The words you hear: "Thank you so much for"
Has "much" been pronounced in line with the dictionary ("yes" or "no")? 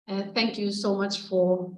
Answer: yes